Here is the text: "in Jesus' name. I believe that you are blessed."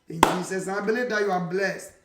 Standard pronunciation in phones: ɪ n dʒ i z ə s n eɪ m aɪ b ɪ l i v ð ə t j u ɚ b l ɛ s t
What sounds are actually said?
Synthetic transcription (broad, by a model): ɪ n dʒ i s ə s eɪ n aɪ b ɪ l i v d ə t j u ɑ b l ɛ s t